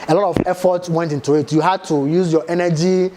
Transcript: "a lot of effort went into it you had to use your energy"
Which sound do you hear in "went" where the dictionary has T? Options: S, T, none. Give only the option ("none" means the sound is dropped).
T